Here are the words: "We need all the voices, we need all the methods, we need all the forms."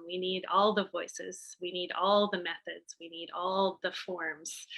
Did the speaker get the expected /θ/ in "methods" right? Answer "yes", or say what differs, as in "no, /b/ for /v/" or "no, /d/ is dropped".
yes